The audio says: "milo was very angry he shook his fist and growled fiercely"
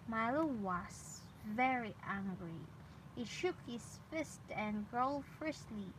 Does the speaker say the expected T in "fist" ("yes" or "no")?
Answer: yes